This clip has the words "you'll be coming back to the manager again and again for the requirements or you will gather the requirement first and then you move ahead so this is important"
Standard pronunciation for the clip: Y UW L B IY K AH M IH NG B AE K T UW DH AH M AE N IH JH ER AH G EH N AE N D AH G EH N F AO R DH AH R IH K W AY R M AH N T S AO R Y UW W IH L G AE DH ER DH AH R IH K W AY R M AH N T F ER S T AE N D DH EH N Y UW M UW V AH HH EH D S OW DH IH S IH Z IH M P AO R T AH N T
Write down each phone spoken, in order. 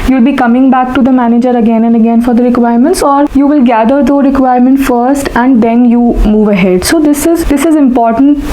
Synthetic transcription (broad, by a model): Y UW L B IY K AH M IH NG B AE K T UW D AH M AE N IH JH ER AH G EH N AE N D AH G EH N F AO R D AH R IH K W AY R M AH N T S AO R Y UW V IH L G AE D ER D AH R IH K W AY R M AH N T F ER S T AE N D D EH N Y UW M UW V AH HH EH D S OW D IH S IH Z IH M P AO R T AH N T